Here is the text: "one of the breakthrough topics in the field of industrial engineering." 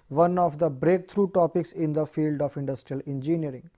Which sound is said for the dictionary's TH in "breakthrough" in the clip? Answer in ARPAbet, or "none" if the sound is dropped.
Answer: T